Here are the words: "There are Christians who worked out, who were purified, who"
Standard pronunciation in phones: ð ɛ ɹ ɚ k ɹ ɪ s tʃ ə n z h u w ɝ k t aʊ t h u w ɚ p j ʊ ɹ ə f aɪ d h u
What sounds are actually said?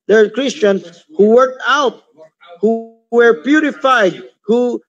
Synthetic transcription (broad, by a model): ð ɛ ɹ k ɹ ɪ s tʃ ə n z h u w ɝ k t aʊ t h u w ɚ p j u ɹ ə f aɪ d h u